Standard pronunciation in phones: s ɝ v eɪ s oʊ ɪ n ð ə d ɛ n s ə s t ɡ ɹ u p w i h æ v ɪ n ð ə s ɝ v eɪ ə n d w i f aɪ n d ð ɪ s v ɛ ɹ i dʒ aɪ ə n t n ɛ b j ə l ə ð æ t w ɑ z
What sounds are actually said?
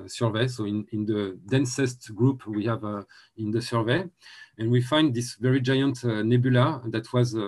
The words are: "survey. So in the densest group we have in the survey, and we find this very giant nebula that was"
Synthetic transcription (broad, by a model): s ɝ v eɪ s oʊ ɪ n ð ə d ɛ n s ə s t ɡ ɹ u p w i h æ v ɪ n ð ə s ɝ v eɪ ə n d w i f aɪ n d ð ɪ s v ɛ ɹ i dʒ aɪ ə n t n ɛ b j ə l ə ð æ t w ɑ z